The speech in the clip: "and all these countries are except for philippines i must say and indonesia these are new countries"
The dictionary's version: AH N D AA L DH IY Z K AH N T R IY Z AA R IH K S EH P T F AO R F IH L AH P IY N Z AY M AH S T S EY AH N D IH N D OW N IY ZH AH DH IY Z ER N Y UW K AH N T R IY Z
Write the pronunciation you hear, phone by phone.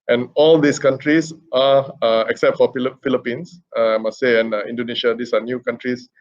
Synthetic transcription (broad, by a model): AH N AA L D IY S K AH N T R IY S AA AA IH K S EH P T F AO L F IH L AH P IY N S AY M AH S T S EY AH N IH N D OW N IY SH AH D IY S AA N Y UW K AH N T R IY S